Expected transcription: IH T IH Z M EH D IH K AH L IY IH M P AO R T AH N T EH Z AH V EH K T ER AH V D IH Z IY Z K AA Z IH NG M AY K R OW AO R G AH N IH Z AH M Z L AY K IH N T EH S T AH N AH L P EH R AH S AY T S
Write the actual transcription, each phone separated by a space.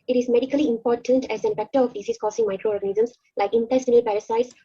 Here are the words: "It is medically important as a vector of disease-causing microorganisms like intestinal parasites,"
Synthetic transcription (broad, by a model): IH T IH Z M EH D IH K AH L IY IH M P AO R T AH N T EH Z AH F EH K T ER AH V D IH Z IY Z K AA S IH NG M AY K R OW AO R G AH N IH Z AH M S L AY K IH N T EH S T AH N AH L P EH R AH S AY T S